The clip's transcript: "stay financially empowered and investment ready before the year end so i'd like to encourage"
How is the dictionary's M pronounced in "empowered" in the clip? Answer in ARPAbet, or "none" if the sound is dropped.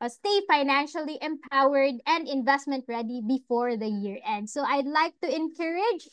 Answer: M